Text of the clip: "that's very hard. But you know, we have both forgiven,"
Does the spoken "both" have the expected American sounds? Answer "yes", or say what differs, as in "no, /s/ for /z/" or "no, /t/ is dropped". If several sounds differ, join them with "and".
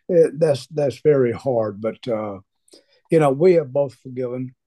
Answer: yes